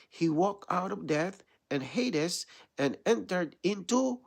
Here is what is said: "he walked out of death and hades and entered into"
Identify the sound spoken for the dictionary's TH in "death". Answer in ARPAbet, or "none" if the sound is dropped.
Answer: TH